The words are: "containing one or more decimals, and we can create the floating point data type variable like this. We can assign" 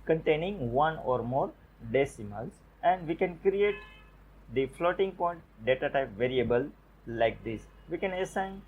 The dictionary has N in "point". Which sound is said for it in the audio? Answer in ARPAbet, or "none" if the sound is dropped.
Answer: N